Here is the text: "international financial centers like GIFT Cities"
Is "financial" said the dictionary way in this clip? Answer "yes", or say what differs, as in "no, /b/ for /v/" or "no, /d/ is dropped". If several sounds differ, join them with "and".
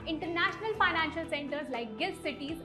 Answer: yes